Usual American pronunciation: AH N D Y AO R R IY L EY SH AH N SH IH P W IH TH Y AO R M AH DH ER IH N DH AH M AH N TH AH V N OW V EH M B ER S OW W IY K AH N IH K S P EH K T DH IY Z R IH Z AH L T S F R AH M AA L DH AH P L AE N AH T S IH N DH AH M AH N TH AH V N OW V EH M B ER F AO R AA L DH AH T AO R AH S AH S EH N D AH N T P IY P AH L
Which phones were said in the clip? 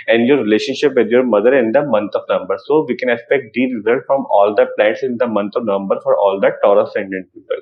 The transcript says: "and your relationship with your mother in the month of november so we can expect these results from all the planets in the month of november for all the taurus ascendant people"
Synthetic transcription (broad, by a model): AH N D Y AO R R IY L EY SH AH N SH IH P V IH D Y AO R M AH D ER IH N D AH M AH N T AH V N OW M B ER S OW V IY K AH N IH K S P EH K T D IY R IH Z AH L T F R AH M AA L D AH P L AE N T S IH N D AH M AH N T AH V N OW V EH M B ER F AO R AA L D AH T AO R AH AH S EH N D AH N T P IY P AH L